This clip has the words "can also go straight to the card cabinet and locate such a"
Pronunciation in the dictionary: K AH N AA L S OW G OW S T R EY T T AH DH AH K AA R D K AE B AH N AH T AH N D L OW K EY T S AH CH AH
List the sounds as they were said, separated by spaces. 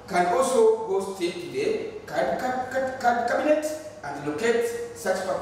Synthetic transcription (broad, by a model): K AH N AA L S OW G OW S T EY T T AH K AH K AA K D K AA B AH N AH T AH N D L OW K EY T S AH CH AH